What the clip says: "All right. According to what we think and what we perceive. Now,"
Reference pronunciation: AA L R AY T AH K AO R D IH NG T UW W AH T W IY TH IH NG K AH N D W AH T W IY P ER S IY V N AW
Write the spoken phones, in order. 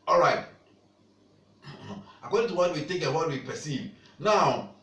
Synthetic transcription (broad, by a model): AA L R AY T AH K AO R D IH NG T UW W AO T W IY T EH K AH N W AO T W IY P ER S IY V N AW